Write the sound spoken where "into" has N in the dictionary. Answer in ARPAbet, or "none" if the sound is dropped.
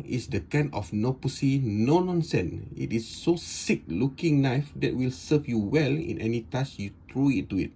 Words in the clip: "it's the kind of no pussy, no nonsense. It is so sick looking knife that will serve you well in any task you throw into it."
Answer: none